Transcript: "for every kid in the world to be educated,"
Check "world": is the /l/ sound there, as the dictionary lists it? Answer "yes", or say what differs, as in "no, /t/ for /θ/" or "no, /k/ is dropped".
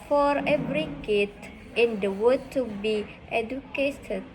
no, /l/ is dropped